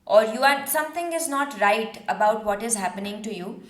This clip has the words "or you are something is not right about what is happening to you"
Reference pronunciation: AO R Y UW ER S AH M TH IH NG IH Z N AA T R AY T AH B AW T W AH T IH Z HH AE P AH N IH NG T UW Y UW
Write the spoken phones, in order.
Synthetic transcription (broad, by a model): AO R Y UW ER S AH M T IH NG IH Z N AA T R AY T AH B AW T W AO T IH Z HH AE P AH N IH NG T UW Y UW